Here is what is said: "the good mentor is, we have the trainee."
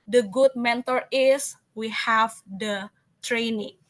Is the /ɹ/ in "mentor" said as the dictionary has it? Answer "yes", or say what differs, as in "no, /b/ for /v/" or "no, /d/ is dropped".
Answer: yes